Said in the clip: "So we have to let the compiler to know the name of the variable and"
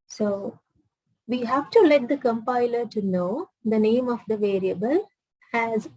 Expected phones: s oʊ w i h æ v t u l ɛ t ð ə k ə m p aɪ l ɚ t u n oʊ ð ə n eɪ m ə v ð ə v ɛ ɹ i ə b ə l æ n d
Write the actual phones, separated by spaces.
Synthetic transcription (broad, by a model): s oʊ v i h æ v t u l ɛ t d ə k ə m p aɪ l ɚ t u n oʊ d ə n eɪ m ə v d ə v ɛ ɹ i ə b ə l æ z